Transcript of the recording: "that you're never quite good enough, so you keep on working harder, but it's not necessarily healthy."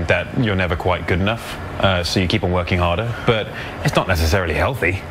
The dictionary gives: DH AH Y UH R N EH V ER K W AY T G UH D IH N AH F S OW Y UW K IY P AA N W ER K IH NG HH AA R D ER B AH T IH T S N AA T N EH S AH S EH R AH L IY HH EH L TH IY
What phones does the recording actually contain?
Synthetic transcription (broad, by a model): DH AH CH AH R N EH V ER K W AY T G UH D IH N AH F S OW Y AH K IY P N W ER K IH NG HH AA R D ER B AH T IH T S N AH T N EH S AH S EH R AH L IY HH EH L TH IY